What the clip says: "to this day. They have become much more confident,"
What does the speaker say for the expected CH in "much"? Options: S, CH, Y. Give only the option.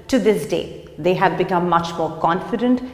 CH